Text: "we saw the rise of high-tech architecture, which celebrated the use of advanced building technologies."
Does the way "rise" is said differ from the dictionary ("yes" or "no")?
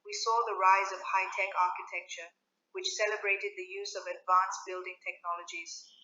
no